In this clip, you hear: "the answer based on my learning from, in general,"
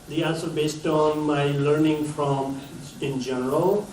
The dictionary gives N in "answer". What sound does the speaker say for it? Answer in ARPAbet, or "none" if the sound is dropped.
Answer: L